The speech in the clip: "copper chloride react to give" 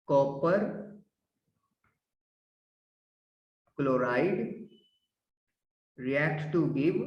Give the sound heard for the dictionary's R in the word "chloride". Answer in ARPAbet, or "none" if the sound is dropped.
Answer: R